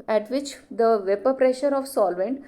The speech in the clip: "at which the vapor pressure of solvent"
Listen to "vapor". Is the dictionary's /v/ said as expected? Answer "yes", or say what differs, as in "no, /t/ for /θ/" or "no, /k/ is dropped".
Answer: yes